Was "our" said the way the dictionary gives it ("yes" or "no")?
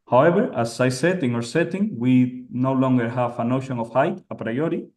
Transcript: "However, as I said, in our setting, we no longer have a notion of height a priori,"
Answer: yes